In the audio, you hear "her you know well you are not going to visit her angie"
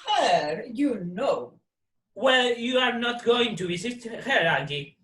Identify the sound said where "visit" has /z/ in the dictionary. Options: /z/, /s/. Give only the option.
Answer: /s/